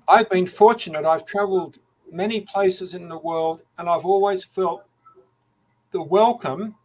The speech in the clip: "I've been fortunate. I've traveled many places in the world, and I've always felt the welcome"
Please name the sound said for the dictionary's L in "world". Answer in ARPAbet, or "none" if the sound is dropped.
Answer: L